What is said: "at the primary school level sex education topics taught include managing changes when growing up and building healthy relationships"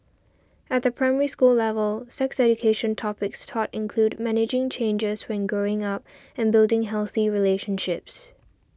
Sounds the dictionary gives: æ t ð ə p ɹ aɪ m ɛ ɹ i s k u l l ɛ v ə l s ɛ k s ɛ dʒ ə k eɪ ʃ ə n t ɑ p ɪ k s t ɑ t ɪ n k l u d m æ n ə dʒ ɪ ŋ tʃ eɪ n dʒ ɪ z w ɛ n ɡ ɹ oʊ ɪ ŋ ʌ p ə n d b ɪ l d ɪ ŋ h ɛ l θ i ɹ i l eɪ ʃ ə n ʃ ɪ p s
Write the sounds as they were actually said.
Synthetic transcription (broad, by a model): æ t ð ə p ɹ aɪ m ɛ ɹ i s k u l l ɛ v ə l s ɛ k s ɛ dʒ ə k eɪ ʃ ə n t ɑ p ɪ k s t ɑ t ɪ n k l u d m æ n ə dʒ ɪ ŋ tʃ eɪ n dʒ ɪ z w ɛ n ɡ ɹ oʊ ɪ ŋ ʌ p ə n b ɪ l d ɪ ŋ h ɛ l θ i ɹ i l eɪ ʃ ə n ʃ ɪ p s